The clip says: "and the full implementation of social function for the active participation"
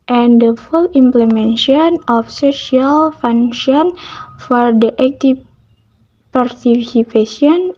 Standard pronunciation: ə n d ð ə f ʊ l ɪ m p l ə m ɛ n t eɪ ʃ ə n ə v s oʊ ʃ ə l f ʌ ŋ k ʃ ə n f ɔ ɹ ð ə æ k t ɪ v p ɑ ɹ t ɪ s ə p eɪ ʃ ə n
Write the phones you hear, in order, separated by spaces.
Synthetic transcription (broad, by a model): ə n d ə f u l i m p l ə m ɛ n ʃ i ə n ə f s oʊ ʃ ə l f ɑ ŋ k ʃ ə n f ɔ ɹ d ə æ k t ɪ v p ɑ ɹ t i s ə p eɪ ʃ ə n